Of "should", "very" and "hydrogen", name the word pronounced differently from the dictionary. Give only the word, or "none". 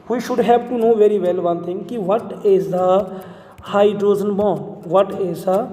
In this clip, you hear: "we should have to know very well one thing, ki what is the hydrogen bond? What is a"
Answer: hydrogen